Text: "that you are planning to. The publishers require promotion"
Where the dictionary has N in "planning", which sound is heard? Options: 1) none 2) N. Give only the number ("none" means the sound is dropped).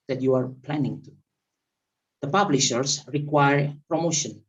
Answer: 2